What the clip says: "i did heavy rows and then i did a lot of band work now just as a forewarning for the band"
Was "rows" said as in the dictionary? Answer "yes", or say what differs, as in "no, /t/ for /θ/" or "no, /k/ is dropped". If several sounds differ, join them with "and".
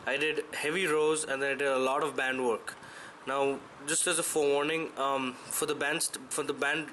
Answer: yes